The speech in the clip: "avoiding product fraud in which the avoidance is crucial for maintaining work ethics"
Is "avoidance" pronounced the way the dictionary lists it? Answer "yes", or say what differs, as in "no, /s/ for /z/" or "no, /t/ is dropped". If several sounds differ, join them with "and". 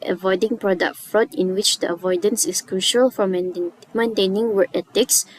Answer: yes